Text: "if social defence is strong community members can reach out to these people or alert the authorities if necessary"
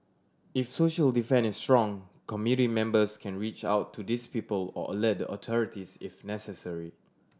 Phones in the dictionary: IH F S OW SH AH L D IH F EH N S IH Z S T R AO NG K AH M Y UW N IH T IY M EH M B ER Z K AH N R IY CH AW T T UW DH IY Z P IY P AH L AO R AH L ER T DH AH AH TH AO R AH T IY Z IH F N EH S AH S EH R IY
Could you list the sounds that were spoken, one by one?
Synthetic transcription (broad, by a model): IH F S OW SH AH L D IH F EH N IH S T R AO NG K AH M Y UW N IH T IY M EH M B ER S K AH N R IY CH AW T T UW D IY S P IY P AH L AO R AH L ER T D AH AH T AO R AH T IY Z IH F N EH S AH S EH R IY